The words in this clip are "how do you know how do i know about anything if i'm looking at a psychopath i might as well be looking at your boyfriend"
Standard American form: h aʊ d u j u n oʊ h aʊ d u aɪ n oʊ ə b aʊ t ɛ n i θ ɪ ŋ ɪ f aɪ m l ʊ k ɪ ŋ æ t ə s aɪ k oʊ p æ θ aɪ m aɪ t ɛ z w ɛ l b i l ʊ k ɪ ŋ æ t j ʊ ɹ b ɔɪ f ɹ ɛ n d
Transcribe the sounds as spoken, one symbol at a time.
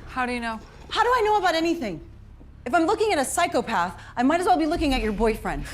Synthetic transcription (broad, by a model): h aʊ d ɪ j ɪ n oʊ h aʊ d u aɪ n oʊ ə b aʊ t ɛ n i θ ɪ ŋ ɪ f aɪ m l ʊ k ɪ ŋ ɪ t ə s aɪ k oʊ p æ θ aɪ m aɪ t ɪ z w ɛ l b i l ʊ k ɪ ŋ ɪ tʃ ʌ ɹ b ɔɪ f ɹ ɛ n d